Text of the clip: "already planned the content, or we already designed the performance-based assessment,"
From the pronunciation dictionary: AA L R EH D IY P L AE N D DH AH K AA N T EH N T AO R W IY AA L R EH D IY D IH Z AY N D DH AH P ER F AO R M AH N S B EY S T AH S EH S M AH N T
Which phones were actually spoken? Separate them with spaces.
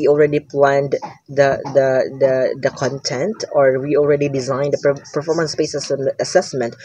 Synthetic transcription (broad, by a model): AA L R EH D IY P L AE N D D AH K AA N T EH N T AO R W IY AA L R EH D IY D IH Z AY N D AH P ER F AO R M AH N S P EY S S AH S EH S M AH N T